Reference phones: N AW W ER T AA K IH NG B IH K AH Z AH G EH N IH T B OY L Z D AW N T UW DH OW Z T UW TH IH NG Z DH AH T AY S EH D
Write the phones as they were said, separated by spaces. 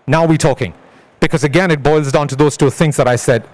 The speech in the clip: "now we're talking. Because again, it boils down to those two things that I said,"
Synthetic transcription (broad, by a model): N AW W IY T AA K IH NG B IH K AH Z AH G EH N IH T B OY L Z D AW N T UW DH OW Z T UW TH IH NG Z DH AH T AY S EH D